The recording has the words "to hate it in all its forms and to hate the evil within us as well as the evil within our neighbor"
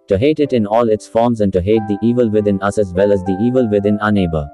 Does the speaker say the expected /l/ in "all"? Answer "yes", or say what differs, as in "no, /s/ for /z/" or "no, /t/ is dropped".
yes